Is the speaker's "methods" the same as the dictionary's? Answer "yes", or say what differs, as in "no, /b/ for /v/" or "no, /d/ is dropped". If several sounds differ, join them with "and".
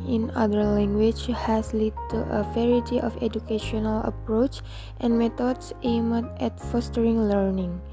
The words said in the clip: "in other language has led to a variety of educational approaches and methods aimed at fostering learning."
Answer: no, /t/ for /θ/ and /s/ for /z/